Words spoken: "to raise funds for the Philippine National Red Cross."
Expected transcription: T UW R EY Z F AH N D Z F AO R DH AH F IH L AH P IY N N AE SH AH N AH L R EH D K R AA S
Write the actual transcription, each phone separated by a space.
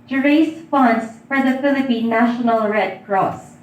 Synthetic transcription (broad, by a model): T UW R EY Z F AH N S F AO R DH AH F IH L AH P IY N N AE SH AH N AH L R EH D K R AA S